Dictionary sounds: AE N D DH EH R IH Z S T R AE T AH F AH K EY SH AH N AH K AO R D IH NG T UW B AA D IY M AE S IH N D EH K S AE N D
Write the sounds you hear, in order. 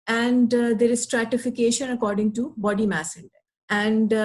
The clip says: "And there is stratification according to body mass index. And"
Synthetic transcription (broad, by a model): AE N D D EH R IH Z S T R AE T AH F AH K EY SH AH N AH K AO R D IH NG T UW B AA D IY M AE S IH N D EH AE N D